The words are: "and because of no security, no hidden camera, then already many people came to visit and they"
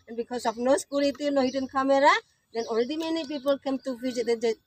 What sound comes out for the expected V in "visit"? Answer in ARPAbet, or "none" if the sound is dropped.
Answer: F